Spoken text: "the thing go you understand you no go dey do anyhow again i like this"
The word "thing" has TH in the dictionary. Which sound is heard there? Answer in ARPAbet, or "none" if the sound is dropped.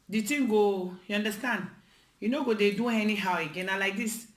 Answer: T